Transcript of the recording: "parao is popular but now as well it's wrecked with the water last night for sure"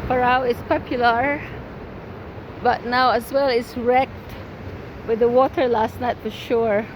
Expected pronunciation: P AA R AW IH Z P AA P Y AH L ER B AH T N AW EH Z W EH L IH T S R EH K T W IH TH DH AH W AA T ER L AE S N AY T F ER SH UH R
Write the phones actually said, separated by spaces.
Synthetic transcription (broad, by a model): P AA R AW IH S P AA P Y AH L ER B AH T N AW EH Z W EH L IH T S R EH K T W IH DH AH W AA T ER L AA S N AY T F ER SH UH R